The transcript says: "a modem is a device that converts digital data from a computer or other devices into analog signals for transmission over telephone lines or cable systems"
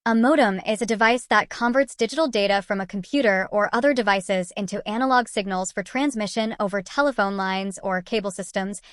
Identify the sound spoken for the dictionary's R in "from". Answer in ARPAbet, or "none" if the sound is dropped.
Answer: R